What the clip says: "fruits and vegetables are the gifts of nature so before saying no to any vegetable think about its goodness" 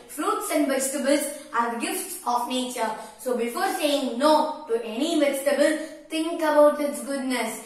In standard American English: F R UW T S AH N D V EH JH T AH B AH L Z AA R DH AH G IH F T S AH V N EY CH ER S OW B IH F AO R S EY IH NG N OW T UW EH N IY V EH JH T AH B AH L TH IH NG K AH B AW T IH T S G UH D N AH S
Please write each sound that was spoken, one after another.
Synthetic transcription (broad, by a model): F R UW T S AH N D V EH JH T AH B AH L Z AA R G IH F T S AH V N EY CH ER S OW B IH F AO R S EY IH NG N OW T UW EH N IY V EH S T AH B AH L T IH NG K AH B AW T IH T S G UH D N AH S